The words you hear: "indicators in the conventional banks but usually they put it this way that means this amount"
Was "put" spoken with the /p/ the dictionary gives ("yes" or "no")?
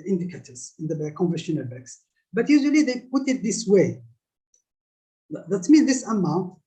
yes